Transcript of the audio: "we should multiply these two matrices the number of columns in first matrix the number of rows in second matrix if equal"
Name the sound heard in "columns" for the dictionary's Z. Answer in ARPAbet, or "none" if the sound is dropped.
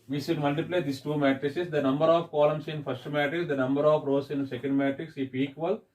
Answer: S